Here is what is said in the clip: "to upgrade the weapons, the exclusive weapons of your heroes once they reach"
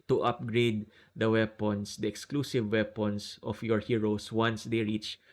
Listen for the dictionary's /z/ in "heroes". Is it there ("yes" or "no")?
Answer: no